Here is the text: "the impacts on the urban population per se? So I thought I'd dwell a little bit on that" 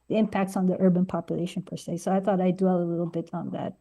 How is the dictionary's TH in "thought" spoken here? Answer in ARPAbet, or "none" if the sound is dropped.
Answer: TH